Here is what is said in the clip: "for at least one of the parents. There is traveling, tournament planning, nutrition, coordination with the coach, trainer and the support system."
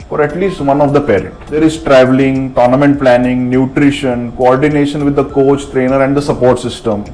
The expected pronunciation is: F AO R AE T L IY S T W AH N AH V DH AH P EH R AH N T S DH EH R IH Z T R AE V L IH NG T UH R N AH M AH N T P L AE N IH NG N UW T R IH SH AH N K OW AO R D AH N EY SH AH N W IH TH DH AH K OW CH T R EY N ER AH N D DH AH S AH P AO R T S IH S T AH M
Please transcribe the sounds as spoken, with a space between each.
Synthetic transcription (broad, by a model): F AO R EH T L IY S T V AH N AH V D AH P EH R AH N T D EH R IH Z T R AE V L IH NG T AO R N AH M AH N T P L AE N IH NG N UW T R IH SH AH N K OW AO R D AH N EY SH AH N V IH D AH K OW CH T R EY N ER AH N D AH S AH P AO R T S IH S T AH M